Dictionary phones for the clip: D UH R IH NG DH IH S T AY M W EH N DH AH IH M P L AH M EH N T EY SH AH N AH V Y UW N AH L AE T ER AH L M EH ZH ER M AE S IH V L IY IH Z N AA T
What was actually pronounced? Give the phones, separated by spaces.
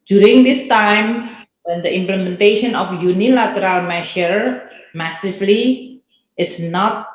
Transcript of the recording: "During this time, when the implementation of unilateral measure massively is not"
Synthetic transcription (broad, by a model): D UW R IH NG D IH S T AY M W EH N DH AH IH M P L AH M EH N T EY SH AH N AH F Y UW N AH L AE T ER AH L M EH SH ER M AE S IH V L IY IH S N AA T